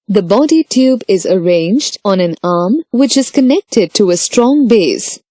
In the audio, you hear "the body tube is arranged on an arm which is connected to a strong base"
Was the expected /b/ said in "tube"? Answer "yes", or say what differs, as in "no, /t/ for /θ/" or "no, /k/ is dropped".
yes